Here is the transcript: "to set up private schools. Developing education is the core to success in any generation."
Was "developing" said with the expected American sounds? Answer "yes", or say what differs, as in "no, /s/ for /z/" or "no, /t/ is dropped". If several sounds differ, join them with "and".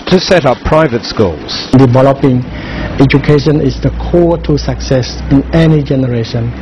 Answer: yes